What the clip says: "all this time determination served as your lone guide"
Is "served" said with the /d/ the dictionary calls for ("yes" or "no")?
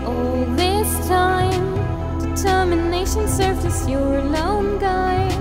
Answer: no